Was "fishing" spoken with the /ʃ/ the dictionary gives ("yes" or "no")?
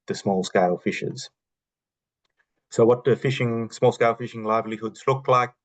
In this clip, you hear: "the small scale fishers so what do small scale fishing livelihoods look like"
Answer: yes